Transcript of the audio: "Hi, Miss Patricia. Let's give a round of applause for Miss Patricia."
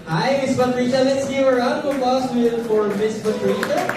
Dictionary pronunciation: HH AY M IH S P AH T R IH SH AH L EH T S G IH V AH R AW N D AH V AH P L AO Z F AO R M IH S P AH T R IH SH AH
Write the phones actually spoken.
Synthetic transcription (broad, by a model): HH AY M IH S B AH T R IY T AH L EH T S G IH V AH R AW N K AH P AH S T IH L F AO R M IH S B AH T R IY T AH